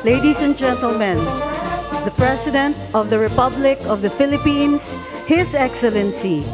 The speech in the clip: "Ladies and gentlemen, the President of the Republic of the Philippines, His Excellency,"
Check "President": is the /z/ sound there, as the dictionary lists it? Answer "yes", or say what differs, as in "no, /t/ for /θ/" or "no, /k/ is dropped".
no, /s/ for /z/